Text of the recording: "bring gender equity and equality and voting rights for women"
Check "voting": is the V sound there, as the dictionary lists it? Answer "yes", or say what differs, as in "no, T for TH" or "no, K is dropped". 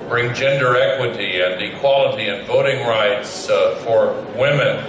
yes